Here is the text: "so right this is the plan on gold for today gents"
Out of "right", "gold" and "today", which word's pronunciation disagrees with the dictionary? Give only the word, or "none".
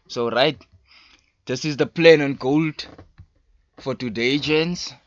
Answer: none